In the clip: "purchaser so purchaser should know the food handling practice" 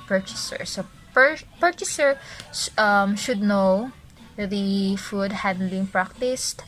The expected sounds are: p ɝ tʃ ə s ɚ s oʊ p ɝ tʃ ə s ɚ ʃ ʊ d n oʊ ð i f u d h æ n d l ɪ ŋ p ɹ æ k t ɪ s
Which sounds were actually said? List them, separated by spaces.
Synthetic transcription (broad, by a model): p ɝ tʃ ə s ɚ s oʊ p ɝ tʃ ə s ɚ ʃ ʊ d n oʊ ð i f u d h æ d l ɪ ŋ p ɹ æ k t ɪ s